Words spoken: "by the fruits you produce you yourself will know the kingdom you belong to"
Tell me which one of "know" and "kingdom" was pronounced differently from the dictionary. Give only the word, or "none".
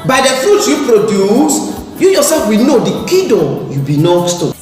kingdom